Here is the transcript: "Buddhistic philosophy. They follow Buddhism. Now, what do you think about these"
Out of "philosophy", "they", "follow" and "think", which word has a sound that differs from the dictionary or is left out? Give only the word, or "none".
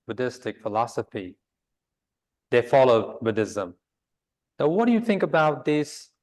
none